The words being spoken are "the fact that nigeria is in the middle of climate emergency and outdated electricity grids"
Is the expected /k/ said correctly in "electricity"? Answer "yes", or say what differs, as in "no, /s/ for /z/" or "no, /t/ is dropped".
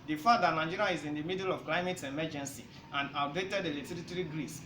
no, /k/ is dropped